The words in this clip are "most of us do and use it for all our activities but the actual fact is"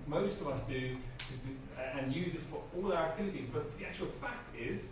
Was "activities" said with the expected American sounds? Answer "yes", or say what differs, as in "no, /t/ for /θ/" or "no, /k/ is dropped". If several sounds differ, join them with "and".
yes